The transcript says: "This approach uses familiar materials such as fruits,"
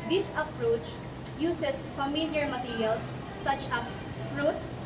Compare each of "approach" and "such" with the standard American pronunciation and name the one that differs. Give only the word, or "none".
none